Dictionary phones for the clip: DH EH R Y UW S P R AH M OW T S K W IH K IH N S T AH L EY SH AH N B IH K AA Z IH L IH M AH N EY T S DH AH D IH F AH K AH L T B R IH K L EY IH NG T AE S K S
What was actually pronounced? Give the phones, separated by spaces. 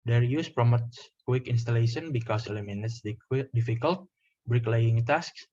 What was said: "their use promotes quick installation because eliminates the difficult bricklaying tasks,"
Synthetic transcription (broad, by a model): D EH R Y UW S P R AH M OW T S K W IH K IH N S T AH L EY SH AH N B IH K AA S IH L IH M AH N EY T S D D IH F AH K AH L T B R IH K L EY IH NG T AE S K S